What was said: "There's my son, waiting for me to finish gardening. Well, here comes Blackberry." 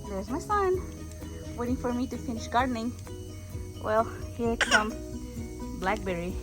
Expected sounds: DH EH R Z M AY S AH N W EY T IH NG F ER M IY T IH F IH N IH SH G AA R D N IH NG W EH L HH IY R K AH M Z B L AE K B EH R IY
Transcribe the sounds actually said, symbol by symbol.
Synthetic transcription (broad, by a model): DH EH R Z M AY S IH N W EY T IH NG F ER M IY T IH F IH N IH SH G AA R D N IH NG W EH L HH IY R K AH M B L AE K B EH R IY